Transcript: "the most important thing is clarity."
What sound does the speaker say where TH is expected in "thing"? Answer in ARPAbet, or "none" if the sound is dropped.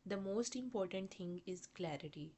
T